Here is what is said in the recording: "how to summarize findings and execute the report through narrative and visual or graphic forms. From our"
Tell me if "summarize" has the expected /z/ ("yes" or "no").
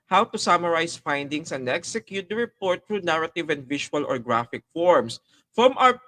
no